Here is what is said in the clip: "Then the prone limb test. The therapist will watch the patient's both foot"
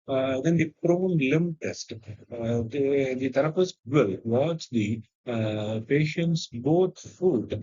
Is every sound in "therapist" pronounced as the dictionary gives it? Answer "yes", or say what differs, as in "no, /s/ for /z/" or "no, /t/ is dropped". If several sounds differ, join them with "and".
no, /t/ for /θ/ and /f/ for /p/